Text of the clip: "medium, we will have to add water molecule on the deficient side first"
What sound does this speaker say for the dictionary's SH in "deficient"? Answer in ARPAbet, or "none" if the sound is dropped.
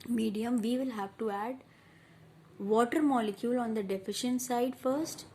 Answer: SH